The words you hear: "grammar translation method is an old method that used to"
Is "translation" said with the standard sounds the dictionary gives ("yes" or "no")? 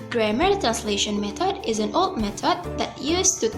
yes